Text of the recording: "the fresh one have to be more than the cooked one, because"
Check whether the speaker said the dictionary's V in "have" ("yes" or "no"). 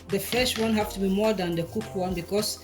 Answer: no